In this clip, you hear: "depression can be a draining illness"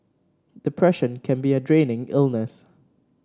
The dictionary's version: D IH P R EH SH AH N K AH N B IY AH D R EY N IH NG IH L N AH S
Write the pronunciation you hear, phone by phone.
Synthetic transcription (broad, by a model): D IH P R EH SH AH N K AH N B IY AH D R EY N IH NG IH L N AH S